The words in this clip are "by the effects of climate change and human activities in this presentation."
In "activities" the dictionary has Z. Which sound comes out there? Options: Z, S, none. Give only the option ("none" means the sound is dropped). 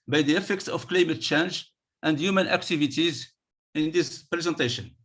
Z